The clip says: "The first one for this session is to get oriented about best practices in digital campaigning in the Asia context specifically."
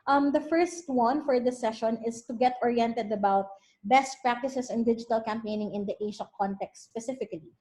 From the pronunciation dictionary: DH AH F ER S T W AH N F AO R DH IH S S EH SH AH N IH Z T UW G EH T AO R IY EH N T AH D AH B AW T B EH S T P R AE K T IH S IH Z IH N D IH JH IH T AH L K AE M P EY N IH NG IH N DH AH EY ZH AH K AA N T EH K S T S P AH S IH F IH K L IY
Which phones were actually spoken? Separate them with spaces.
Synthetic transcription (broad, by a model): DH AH F ER S T W AH N F AO R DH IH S S EH SH AH N IH S T UW G EH T AO R IY EH N T AH D AH B AW T B EH S T P R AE K T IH S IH S IH N D IH JH IH T AH L K AE M P EY N IH NG IH N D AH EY SH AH K AA N T EH K S T S P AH S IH F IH K L IY